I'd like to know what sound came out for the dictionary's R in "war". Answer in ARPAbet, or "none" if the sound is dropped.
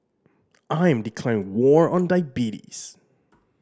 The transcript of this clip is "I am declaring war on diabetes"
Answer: R